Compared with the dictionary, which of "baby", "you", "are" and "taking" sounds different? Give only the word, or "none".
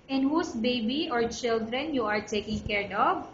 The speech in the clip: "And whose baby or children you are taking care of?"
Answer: none